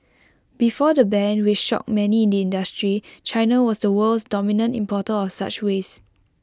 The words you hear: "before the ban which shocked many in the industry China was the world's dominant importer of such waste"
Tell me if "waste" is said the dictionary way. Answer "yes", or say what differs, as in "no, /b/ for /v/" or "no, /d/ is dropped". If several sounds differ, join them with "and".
no, /t/ is dropped